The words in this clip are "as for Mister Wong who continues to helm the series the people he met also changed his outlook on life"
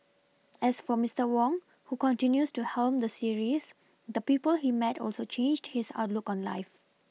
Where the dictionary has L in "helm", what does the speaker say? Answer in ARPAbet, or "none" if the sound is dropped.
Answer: L